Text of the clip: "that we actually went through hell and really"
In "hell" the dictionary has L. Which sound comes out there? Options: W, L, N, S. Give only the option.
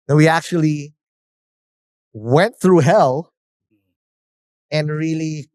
L